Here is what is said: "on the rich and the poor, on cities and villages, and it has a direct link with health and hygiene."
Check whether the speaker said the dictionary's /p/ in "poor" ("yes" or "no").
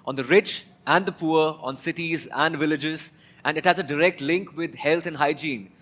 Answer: yes